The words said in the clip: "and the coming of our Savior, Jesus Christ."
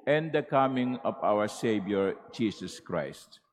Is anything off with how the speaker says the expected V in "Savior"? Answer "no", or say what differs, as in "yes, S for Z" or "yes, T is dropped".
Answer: yes, B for V